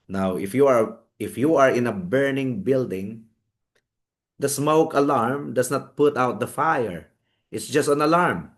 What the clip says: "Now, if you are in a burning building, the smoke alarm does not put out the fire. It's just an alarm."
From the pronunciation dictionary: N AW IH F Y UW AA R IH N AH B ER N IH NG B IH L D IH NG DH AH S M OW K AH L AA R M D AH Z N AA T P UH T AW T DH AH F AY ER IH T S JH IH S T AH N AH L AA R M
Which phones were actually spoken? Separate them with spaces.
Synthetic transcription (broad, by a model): N AW IH F Y UW AA R IH N AH B ER N IH NG B IH L D IH NG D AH S M OW K AH L AA R M D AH S N AA T P UH T AW T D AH F AY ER IH T S JH IH S T AH N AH L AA R M